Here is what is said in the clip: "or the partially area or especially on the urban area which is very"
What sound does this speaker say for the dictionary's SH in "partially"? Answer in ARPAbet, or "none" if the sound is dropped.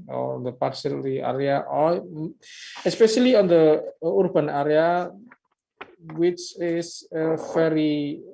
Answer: S